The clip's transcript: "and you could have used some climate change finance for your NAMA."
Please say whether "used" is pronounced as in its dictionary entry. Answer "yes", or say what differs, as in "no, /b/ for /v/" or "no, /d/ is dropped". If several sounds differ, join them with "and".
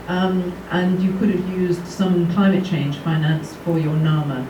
yes